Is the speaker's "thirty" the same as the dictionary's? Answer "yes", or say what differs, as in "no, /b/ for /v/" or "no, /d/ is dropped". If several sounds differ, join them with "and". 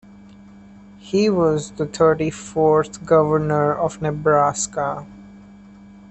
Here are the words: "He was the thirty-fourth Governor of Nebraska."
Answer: no, /t/ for /θ/